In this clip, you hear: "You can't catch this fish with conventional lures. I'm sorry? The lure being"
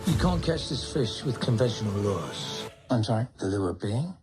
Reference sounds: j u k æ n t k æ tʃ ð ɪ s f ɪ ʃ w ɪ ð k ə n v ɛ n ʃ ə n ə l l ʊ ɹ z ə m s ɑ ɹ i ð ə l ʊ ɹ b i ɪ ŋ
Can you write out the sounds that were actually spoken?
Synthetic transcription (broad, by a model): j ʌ k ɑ n k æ tʃ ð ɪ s f ɪ ʃ w ɪ ð k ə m v ɛ n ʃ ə n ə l l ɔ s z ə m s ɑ i ð ə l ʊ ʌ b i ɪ ŋ